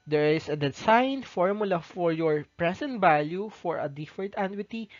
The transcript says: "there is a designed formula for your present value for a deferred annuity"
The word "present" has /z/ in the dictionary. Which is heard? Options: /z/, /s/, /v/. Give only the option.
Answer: /s/